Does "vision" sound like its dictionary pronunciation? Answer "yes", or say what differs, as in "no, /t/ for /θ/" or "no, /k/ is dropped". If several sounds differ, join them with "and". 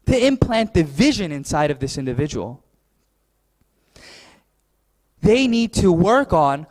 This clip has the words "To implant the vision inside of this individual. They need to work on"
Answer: yes